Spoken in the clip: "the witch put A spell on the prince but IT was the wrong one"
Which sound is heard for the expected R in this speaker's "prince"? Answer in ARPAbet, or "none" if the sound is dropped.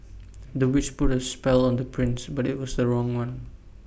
R